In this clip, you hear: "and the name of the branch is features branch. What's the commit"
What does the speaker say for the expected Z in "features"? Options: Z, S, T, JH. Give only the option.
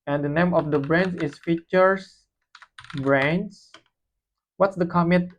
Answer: S